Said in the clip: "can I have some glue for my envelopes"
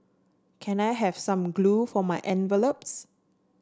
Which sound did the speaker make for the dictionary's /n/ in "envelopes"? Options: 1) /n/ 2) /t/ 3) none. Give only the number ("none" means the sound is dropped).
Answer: 1